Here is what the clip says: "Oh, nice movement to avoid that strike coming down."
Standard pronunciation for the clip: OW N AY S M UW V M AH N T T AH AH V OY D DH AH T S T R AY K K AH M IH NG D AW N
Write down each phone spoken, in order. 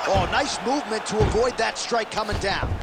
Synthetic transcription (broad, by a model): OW N AY S M UW V M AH N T T AH AH V OY D DH AH T S T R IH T K AH M IH NG D AW N